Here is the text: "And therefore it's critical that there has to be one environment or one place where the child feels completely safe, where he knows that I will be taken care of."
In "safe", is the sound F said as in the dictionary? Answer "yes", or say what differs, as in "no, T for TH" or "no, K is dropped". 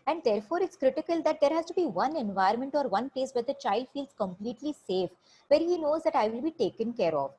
yes